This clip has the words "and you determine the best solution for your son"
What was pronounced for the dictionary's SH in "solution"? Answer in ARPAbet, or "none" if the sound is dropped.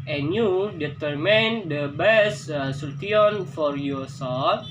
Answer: none